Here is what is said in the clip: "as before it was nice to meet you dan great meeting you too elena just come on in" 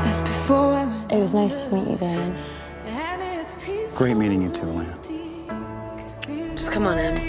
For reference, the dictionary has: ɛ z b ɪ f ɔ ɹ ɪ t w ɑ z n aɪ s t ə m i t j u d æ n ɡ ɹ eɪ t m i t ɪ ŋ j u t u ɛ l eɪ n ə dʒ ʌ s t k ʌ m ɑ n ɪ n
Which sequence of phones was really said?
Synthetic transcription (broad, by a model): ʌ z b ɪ f ɔ ɹ ɪ t w ɑ z n aɪ s t ə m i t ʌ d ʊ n ɡ ɹ eɪ t m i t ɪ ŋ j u t u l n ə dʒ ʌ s k ʌ m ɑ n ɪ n